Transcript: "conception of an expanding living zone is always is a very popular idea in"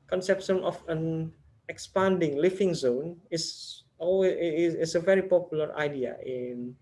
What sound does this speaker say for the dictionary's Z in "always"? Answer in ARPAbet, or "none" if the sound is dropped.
none